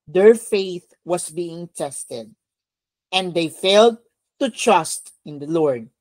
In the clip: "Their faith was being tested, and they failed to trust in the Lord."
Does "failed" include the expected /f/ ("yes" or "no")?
yes